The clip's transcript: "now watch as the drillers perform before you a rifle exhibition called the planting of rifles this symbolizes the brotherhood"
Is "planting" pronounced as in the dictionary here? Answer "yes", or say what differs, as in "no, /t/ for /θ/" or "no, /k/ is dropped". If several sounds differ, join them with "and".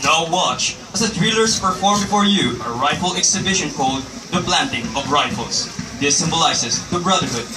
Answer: no, /b/ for /p/